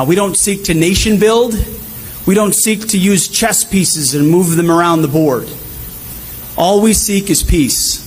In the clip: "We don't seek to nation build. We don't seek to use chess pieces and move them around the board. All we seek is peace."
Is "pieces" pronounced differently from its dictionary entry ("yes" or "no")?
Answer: no